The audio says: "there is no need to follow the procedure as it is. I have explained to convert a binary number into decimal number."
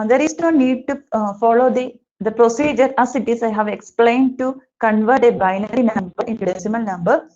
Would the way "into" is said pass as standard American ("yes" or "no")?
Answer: yes